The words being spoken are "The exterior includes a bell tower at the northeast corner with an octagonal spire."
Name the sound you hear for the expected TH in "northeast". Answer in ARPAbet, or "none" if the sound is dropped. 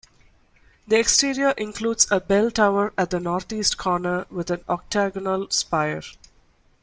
T